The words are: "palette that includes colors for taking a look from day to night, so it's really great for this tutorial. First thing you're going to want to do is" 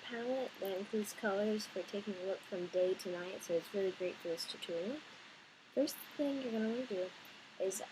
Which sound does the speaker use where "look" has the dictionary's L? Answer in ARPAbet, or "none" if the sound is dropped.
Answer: L